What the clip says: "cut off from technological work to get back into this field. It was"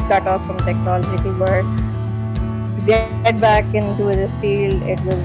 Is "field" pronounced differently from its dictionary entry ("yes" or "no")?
yes